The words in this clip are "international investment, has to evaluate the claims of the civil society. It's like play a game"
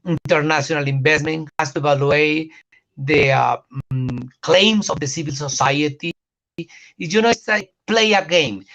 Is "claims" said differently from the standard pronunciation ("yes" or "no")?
yes